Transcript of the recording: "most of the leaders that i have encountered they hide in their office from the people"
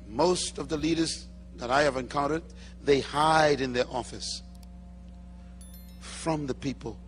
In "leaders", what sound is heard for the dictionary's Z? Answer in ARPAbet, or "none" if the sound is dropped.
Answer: Z